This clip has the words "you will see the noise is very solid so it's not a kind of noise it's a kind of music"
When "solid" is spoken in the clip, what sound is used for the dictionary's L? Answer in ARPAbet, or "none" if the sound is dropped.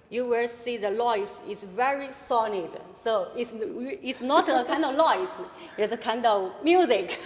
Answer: N